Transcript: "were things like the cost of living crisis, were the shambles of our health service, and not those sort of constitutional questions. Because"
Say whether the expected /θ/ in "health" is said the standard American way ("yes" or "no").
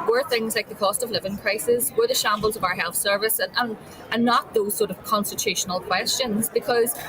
yes